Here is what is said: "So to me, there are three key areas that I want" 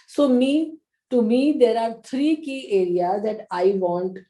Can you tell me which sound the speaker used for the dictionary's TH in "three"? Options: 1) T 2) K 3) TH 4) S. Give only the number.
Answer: 1